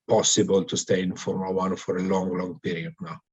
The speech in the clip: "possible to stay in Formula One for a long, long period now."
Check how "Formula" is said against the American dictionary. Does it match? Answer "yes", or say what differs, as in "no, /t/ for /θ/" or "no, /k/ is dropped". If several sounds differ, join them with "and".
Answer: no, /l/ is dropped